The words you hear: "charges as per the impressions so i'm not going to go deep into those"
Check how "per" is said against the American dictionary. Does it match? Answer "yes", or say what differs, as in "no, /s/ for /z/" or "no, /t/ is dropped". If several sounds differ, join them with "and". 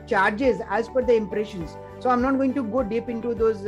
no, /f/ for /p/